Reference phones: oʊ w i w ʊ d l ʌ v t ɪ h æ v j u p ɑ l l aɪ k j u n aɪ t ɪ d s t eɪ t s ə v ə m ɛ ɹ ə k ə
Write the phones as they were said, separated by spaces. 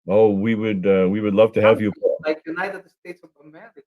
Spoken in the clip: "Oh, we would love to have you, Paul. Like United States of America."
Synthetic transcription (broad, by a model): oʊ w i w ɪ d l ʌ v t ɪ h æ v j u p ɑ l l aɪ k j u n aɪ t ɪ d s t eɪ t s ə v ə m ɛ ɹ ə